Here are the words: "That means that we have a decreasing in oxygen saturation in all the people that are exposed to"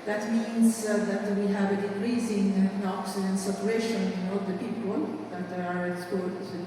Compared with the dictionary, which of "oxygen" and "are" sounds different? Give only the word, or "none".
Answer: oxygen